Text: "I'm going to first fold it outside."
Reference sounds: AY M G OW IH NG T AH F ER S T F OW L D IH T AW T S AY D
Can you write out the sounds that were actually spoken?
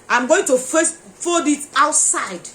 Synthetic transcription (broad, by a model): AY M G OW IH NG T AH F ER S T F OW D IH T AW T S AY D